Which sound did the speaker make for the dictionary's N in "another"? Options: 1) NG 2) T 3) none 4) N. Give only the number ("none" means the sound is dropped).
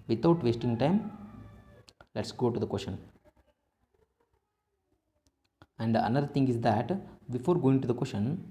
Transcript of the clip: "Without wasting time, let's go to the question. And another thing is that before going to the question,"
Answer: 3